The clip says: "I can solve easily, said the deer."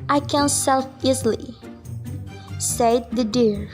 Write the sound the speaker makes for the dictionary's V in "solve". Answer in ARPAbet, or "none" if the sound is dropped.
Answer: F